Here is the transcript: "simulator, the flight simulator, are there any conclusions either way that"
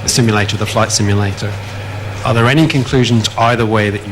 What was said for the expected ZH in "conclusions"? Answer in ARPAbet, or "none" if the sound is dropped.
ZH